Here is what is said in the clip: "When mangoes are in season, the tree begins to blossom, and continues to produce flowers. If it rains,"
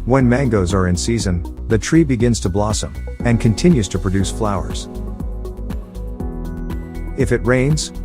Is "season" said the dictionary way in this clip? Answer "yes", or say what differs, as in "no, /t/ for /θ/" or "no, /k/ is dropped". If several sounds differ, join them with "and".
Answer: yes